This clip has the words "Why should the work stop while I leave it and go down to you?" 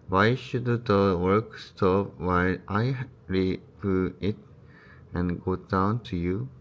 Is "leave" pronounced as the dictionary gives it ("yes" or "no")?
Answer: no